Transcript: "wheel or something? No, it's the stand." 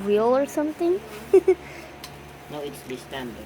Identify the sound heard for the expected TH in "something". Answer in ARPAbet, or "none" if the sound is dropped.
T